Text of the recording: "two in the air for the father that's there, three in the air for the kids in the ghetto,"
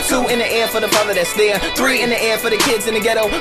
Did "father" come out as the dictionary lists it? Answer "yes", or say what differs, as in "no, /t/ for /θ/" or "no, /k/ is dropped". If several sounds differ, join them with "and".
no, /p/ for /f/